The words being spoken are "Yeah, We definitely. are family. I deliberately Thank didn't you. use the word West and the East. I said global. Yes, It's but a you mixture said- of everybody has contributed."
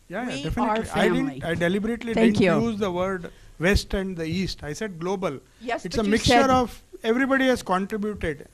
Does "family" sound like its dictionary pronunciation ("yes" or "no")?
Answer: no